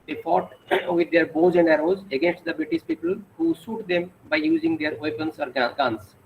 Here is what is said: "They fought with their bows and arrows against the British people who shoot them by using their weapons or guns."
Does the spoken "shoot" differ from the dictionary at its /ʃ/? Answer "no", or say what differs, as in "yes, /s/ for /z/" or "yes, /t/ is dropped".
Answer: yes, /s/ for /ʃ/